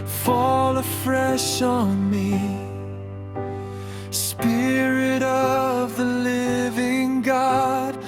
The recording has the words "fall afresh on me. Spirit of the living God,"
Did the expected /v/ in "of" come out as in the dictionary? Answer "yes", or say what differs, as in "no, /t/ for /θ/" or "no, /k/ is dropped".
yes